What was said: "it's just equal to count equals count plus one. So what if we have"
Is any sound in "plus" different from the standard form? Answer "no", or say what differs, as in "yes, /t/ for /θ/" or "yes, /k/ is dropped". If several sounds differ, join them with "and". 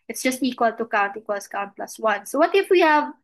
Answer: no